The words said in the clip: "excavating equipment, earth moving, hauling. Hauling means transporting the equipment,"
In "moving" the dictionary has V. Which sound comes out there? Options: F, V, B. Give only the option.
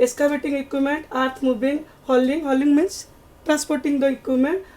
B